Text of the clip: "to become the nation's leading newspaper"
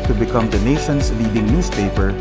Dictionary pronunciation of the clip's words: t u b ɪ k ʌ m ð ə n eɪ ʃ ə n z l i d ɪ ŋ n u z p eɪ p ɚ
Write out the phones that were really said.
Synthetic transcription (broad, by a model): t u b ɪ k ʌ m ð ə n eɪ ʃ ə n s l i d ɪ ŋ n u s p eɪ p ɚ